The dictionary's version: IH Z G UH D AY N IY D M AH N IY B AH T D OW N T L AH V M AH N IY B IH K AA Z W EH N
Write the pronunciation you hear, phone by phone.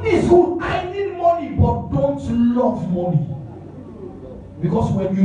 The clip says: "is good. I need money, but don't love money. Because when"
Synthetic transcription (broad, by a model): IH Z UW AY N IY D M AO N IY B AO T D OW N T L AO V M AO N IY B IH K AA S W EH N